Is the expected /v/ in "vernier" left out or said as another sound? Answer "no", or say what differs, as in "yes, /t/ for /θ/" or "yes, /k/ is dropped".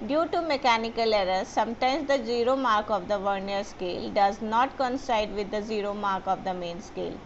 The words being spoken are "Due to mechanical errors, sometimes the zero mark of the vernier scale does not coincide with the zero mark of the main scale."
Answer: no